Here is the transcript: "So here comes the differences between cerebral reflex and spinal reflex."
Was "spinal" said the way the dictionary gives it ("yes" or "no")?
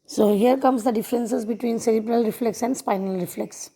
yes